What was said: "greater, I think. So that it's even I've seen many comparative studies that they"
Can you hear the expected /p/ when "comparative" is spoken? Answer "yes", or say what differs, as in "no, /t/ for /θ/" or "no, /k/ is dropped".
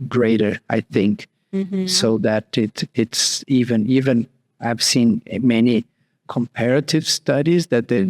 yes